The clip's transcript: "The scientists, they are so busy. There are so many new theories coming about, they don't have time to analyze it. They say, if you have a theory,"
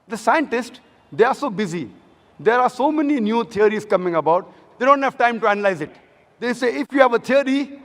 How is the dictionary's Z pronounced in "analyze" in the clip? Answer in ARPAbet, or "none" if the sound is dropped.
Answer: Z